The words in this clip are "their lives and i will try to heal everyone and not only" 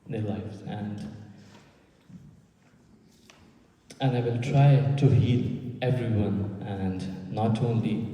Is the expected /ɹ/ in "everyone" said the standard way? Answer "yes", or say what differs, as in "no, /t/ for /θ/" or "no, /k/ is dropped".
yes